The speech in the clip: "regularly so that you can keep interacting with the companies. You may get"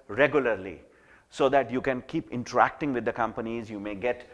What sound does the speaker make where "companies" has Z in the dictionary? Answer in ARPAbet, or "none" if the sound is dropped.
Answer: Z